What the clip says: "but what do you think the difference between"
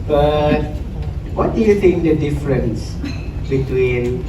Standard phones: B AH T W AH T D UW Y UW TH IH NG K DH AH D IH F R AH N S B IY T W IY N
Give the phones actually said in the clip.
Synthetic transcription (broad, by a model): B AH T W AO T D UW Y UW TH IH NG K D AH D IH F R AH N S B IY T W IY N